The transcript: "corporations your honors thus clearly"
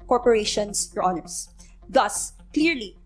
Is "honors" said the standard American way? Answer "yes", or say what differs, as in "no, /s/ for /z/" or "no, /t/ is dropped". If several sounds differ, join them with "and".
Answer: no, /s/ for /z/